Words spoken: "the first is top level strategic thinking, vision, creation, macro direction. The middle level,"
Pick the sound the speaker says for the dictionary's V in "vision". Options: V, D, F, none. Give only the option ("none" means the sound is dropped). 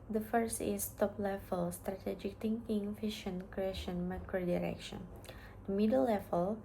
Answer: F